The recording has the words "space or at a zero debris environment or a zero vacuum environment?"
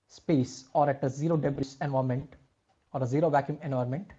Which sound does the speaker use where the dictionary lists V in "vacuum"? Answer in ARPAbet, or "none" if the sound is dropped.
V